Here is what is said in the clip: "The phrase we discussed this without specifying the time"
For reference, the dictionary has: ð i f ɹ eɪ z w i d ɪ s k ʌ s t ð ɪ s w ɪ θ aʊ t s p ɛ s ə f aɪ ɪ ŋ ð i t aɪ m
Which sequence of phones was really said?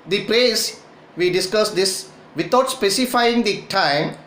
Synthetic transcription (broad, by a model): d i p ɹ eɪ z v i d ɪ s k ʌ s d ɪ s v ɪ t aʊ t s p ɛ s ə f aɪ ɪ ŋ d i t aɪ m